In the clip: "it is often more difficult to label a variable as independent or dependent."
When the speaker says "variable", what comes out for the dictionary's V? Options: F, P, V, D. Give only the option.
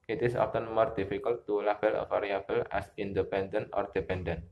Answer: F